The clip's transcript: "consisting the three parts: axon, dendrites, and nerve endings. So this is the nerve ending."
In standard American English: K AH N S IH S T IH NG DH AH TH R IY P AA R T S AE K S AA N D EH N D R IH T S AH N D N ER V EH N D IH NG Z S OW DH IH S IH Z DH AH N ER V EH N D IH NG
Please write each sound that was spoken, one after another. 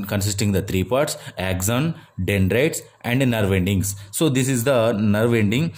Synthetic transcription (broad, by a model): K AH N S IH S T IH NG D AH T R IY P AA R T S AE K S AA N D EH N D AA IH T S AH N D N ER V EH N D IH NG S S OW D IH S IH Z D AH N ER V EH N D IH NG